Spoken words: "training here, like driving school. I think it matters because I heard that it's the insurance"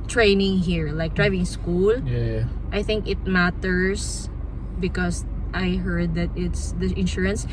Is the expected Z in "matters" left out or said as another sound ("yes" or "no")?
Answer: yes